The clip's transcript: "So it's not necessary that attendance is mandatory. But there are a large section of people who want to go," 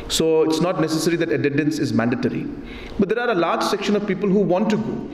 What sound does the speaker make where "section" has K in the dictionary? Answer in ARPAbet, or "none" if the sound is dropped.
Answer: K